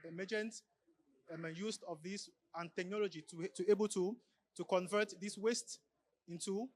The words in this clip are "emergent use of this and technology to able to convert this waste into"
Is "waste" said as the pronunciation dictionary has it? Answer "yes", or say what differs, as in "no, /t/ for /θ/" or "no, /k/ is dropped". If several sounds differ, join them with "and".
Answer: yes